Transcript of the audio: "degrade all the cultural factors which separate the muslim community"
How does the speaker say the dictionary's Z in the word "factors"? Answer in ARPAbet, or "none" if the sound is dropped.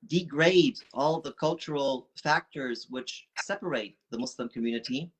Z